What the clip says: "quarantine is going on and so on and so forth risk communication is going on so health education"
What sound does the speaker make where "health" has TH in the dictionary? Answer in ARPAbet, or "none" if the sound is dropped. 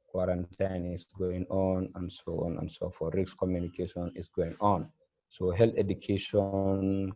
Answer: T